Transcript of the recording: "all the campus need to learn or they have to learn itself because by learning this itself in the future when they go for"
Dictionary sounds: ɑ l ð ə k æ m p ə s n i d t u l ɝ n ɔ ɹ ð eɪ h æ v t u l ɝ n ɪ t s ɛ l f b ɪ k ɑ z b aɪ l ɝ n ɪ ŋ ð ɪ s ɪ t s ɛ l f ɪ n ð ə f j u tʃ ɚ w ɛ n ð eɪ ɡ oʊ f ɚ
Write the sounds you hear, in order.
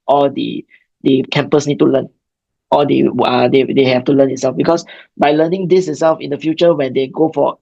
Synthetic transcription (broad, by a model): ɑ l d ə k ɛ m p ə s n i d t u l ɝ n ɔ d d eɪ h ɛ f t u l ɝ n ɪ t s ɛ l f b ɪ k ɑ s b aɪ l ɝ n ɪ ŋ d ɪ s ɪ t s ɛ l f ɪ n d ə f j u tʃ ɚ w ɛ n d eɪ ɡ oʊ f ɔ